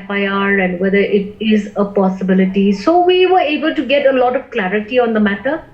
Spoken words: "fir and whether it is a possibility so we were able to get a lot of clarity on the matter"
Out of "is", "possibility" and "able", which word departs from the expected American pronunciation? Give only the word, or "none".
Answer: none